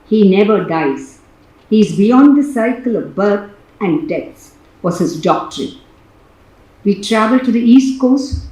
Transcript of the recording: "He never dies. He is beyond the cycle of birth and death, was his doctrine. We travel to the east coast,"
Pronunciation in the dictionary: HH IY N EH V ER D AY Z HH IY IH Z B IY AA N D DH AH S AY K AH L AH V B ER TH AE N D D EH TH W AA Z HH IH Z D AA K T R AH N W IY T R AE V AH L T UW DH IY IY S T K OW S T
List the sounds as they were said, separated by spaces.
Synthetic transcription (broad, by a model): HH IY N EH V ER D AY Z HH IY IH Z B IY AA N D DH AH S AY K AH L AH V B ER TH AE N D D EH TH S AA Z HH IH Z D AA K T R AH N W IY T R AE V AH L T UW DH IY IY S T K OW S T